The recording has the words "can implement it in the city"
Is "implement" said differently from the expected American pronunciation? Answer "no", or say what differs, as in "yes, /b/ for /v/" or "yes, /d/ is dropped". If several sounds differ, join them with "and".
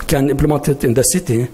yes, /n/ is dropped